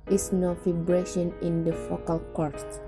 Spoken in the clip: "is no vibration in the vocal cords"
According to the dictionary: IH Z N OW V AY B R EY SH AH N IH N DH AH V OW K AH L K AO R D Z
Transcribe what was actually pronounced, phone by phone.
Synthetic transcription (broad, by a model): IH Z N OW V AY B R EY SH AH N IH N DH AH F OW K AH L K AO R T